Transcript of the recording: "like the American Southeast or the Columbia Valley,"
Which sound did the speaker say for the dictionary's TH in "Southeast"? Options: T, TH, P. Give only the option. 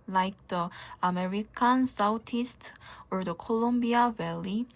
T